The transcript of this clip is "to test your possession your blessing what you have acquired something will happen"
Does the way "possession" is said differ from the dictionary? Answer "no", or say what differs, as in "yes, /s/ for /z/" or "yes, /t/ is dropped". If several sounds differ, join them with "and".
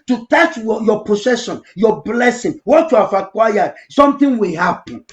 yes, /s/ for /z/